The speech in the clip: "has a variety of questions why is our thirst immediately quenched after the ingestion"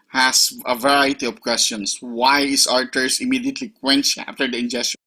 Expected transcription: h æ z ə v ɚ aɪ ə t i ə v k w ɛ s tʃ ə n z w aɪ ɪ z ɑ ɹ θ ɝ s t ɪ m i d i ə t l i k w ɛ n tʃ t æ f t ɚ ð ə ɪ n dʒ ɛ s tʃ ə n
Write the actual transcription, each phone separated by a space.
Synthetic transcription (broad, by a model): h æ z ə v ɚ aɪ ə t i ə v k w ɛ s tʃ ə n s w aɪ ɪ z ɑ ɹ t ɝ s ɪ m i d i ə t l i k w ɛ n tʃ æ f t ɚ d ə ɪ n dʒ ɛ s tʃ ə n